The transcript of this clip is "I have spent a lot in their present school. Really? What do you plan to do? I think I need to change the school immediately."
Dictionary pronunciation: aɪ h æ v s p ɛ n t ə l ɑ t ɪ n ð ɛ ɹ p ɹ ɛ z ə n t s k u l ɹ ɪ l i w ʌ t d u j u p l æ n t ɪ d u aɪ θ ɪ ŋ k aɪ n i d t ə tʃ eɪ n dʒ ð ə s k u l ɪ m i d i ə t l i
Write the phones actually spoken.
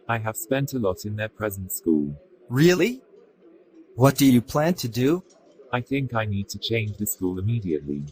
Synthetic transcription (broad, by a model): aɪ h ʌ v s p ɛ n t ə l ɑ t ɪ n ð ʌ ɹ p ɹ ɛ z ə n t s k u l ɹ ɪ l i w ʌ t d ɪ j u p l æ n t ɪ d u aɪ θ ɪ ŋ k aɪ n i d t ə tʃ eɪ n dʒ ð ə s k u l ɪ m i d i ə t l i